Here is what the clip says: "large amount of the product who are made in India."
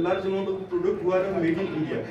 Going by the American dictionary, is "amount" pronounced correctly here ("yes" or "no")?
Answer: no